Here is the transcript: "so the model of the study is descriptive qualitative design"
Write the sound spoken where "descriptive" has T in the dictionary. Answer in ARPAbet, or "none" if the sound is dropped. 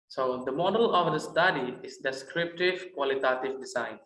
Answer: T